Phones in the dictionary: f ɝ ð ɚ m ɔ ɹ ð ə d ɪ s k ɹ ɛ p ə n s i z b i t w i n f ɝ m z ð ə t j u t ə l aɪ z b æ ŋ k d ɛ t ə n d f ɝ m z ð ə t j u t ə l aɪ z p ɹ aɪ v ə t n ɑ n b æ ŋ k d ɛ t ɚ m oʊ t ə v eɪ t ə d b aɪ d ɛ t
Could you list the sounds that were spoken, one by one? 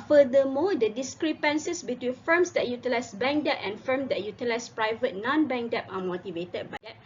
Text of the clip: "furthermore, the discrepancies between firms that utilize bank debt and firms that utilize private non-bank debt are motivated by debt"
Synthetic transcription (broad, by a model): f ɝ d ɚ m ɔ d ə d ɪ s k ɹ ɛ p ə n s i s b i t w i n f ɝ m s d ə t j u t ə l aɪ s b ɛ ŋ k d ɛ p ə n f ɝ m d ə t j u t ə l aɪ s p ɹ aɪ v ə t n ɑ n b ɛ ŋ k d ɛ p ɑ m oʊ t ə v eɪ t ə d b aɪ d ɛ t